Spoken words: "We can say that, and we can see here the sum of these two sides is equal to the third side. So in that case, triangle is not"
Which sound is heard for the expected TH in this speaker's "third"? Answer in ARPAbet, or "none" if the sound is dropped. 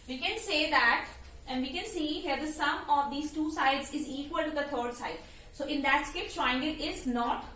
T